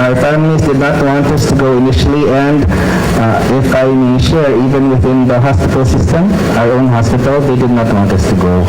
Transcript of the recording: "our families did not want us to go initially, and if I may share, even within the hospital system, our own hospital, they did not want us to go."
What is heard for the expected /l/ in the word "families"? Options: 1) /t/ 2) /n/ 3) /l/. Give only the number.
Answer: 2